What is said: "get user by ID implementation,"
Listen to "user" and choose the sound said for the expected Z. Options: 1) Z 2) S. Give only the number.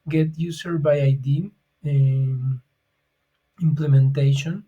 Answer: 2